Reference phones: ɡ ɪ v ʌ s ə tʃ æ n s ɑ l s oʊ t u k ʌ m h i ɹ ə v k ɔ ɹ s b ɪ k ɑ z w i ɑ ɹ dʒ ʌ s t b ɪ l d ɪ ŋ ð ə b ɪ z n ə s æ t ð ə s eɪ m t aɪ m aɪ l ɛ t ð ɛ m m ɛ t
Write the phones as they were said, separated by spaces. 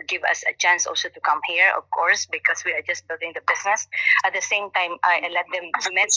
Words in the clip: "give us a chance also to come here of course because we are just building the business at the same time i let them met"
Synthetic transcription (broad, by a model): ɡ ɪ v ʌ s ə tʃ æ n s ɑ l s oʊ t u k ʌ m h i ɹ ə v k ɔ ɹ s b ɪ k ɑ s w i ɑ ɹ dʒ ʌ s t b ɪ l d ɪ ŋ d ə b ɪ s n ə s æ t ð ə s eɪ m t aɪ m aɪ l ɛ t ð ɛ m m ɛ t